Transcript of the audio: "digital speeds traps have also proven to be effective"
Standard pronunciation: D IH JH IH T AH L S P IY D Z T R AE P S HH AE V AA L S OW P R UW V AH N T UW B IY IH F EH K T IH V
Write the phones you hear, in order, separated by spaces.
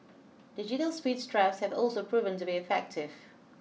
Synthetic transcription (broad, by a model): D IH JH IH T AH L S P IY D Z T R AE F S HH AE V AA L S OW P R UW V AH N T UW B IY IH F EH K T IH V